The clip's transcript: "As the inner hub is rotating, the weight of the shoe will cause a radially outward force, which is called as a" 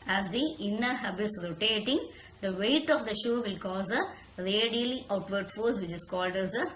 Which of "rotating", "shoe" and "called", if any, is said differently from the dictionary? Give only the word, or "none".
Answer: none